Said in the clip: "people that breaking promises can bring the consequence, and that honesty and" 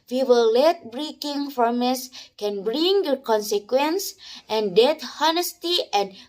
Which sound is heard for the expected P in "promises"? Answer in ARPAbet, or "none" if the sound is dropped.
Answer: F